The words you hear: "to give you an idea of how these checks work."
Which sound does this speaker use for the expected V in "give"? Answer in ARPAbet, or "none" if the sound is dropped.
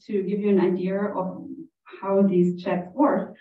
V